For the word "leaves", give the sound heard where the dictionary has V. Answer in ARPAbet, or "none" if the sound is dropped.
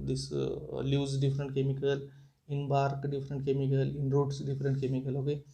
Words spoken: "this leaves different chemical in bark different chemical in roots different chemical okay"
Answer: none